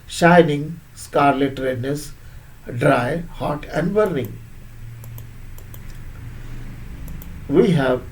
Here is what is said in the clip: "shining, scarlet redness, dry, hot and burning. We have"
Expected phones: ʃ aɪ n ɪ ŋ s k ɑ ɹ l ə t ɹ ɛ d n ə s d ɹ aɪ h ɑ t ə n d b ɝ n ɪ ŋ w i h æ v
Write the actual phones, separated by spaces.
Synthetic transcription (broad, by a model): ʃ aɪ n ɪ ŋ s k ɑ ɹ l ə t ɹ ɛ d n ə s d ɹ aɪ h ɑ t ə n d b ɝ n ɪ ŋ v i h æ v